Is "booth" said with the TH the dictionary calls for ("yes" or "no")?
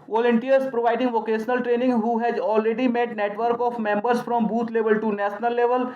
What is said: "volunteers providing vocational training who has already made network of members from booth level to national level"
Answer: no